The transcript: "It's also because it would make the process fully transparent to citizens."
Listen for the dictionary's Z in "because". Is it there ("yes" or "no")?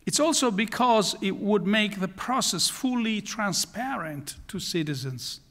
yes